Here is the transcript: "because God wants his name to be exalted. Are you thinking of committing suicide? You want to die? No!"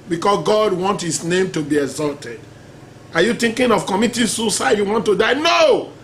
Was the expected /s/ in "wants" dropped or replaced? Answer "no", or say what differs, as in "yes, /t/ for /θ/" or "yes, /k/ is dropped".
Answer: yes, /s/ is dropped